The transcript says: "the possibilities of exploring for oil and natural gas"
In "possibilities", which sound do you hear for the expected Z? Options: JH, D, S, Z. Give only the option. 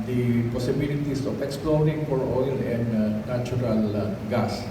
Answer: S